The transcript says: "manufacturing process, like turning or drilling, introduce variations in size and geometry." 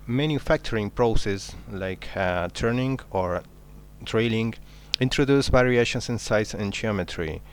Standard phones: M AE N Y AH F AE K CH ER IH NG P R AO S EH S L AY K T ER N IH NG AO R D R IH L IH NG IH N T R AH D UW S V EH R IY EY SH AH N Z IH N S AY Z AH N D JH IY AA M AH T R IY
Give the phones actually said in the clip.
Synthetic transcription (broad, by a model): M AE N Y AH F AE K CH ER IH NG P R AO S EH S L AY K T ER N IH NG AO R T R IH L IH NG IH N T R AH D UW S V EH R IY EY SH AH N S IH N S AY S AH N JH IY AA M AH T R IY